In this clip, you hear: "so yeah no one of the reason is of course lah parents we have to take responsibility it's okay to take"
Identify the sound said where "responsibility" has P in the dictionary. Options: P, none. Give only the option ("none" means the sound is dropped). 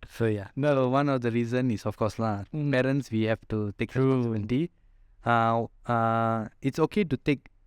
none